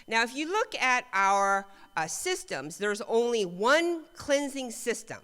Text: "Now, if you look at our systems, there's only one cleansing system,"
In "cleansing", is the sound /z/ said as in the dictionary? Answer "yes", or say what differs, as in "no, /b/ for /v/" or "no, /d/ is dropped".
yes